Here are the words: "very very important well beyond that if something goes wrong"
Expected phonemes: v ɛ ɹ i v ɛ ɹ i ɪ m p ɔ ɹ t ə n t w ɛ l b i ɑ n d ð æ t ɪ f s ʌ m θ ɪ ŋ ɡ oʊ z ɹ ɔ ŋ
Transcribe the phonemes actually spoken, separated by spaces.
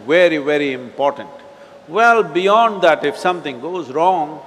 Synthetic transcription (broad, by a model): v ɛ ɹ i v ɛ ɹ i ɪ m p ɔ ɹ t ə n t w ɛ l b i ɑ n d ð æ t ɪ f s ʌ m t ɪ ŋ ɡ oʊ z ɹ ɔ ŋ